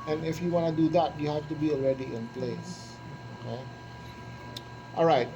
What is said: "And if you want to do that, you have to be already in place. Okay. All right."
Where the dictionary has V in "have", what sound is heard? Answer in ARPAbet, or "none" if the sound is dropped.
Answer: F